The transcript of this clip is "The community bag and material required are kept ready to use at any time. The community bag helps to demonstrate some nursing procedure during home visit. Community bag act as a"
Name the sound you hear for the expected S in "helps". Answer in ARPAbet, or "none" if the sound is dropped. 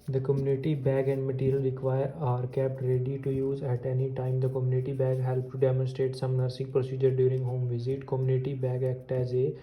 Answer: none